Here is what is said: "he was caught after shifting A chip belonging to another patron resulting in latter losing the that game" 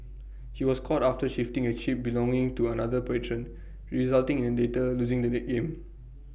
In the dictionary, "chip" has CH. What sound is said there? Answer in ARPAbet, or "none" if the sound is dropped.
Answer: SH